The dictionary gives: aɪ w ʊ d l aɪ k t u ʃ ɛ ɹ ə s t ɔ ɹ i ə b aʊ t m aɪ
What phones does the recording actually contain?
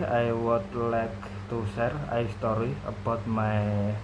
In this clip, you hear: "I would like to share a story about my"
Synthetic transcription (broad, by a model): aɪ w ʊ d l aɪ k t u s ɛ ɹ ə s t ɔ ɹ i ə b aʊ t m aɪ